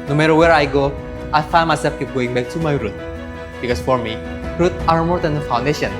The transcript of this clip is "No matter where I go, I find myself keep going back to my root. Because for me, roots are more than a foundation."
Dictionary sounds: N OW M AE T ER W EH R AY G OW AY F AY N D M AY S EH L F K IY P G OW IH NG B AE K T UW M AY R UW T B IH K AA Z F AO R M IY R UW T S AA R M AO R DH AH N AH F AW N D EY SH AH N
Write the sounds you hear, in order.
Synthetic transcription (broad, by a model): N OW M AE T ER W EH R AY G OW AY F AY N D M AY S EH L F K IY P G OW IH NG B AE K T UW M AY R UW T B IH K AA S F AO R M IY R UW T AA R M AO R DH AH N AH F AW N D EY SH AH N